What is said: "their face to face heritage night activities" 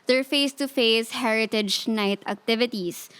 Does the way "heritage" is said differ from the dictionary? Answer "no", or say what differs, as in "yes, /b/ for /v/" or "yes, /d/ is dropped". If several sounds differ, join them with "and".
no